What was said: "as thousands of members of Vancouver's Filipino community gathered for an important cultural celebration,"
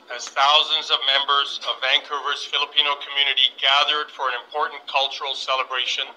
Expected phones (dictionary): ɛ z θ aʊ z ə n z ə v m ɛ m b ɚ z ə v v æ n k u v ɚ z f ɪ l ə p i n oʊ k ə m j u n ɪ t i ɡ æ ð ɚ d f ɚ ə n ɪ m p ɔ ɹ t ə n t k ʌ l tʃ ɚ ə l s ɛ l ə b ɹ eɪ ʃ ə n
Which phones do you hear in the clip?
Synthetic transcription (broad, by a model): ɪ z θ aʊ z ə n z ə v m ɛ m b ɚ z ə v v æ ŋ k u v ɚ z f ɪ l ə p i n oʊ k ə m j u n ɪ t i ɡ æ ð ɚ d f ɚ ə n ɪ m p ɔ ɹ t n k ʌ l tʃ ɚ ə l s ɛ l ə b ɹ eɪ ʃ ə n